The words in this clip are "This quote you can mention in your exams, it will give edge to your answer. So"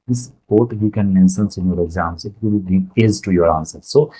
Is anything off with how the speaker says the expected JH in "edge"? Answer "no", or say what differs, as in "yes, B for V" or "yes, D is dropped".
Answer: yes, Z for JH